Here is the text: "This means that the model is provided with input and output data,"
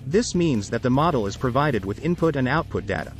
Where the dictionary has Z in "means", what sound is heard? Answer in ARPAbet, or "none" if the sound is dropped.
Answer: Z